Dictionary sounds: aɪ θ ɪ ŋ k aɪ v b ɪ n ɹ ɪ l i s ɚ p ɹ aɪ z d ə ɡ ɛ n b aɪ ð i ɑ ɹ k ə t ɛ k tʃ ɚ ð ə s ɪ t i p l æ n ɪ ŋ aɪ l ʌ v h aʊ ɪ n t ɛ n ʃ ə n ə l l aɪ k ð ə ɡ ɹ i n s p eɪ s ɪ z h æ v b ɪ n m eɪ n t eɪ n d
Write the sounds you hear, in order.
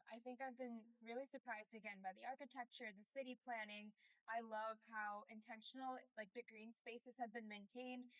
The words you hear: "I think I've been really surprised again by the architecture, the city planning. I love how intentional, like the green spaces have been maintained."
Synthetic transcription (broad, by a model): aɪ θ ɪ ŋ k aɪ v b ɪ n ɹ ɪ l i s ɚ p ɹ aɪ z d ə ɡ ɛ n b aɪ ð i ɑ ɹ k ə t ɛ k tʃ ɚ ð ə s ɪ t i p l æ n ɪ ŋ aɪ l ʌ v h aʊ ɪ n t ɛ n ʃ n l l aɪ k ð ə ɡ ɹ i n s p eɪ s ɪ z h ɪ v b ɪ n m eɪ n t eɪ n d